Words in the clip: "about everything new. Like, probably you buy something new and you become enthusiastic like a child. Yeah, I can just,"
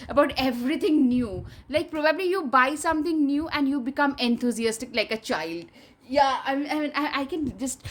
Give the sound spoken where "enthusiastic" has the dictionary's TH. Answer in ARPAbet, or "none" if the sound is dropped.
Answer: T